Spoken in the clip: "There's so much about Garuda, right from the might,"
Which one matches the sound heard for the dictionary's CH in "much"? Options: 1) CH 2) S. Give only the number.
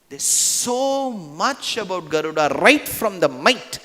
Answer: 1